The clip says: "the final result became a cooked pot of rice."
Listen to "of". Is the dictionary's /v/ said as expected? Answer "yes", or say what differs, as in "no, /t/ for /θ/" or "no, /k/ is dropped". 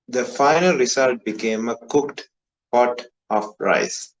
no, /f/ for /v/